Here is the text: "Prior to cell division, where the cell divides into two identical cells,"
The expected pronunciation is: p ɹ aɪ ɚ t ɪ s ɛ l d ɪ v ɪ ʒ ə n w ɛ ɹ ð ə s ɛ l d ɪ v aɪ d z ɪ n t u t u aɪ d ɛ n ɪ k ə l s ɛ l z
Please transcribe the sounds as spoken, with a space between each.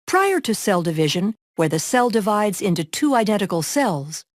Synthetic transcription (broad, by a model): p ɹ aɪ ɚ t ɪ s ɛ l d ɪ v ɪ ʒ ə n w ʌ ɹ ð ə s ɛ l d ɪ v aɪ d z ɪ n t u t u aɪ d ɛ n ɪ k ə l s ɛ l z